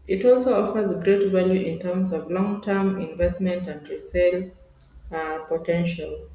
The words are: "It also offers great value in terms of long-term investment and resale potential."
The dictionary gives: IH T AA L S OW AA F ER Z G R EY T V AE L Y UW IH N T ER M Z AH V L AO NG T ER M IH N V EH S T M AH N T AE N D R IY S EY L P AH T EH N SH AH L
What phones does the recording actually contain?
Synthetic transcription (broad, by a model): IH T AA L S OW AA F ER Z G R EY T V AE L Y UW IH N T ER M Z AH V L AO NG T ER M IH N V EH S T M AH N T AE N D R IY S EY L P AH T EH N SH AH L